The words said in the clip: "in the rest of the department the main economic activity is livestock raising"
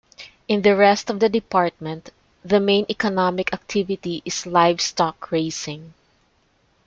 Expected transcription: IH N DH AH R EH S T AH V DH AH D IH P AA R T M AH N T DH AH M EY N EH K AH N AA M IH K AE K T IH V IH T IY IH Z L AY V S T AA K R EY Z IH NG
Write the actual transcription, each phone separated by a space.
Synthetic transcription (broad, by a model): IH N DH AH R EH S T AH V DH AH D IH P AA R T M AH N T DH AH M EY N EH K AH N AA M IH K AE K T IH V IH T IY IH S L AY V S T AA K R EY S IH NG